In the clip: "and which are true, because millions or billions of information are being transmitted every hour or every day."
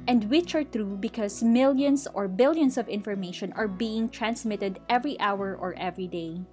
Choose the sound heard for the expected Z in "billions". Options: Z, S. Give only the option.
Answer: S